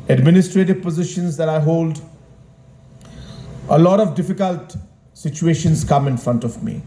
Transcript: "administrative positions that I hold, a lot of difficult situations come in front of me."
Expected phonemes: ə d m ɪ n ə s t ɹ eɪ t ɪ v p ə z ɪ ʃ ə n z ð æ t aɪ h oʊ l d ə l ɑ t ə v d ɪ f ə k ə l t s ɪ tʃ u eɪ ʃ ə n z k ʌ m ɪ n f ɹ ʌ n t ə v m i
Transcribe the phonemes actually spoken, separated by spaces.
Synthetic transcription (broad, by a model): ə d m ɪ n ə s t ɹ eɪ t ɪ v p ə z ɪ ʃ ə n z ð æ t aɪ h oʊ l d ə l ɑ t ə v d ɪ f ə k ə l t s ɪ tʃ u eɪ ʃ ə n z k ʌ m ɪ n f ɹ ʌ n t ə v m i